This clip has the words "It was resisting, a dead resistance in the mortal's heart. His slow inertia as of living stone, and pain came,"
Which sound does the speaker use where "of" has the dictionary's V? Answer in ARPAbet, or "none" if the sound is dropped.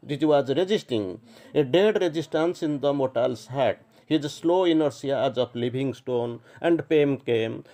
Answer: P